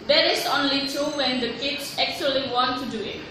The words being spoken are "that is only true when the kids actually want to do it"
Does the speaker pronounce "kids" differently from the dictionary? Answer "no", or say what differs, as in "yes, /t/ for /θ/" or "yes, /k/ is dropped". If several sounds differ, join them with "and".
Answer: yes, /s/ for /z/